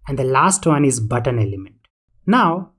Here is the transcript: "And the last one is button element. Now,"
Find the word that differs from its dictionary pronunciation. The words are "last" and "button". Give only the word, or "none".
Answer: none